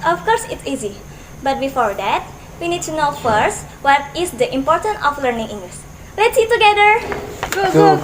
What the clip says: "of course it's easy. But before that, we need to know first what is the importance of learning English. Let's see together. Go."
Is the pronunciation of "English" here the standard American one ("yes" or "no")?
no